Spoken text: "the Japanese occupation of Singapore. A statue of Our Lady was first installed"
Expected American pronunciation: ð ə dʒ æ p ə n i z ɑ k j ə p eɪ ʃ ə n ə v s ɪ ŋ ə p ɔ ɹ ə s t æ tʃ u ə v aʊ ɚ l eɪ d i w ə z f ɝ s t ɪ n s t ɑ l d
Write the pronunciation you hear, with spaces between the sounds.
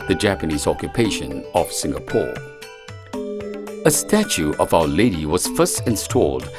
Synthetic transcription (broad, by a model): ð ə dʒ æ p ə n i z ɑ k j ə p eɪ ʃ ə n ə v s ɪ ŋ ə p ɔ ɹ ə s t æ tʃ u ə v aʊ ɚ l eɪ d i w ə z f ɝ s t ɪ n s t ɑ l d